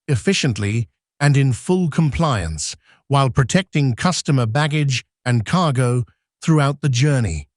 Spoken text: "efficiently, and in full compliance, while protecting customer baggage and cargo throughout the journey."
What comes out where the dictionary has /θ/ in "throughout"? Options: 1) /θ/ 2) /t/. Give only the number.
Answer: 1